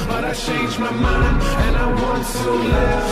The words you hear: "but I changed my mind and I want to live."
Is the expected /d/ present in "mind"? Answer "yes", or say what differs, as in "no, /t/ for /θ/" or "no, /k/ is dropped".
no, /d/ is dropped